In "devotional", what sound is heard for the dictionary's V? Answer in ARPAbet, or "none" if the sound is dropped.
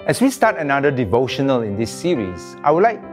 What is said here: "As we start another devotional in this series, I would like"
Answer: V